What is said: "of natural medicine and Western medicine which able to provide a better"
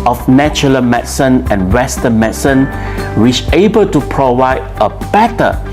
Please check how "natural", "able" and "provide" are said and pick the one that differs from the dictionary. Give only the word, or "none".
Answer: natural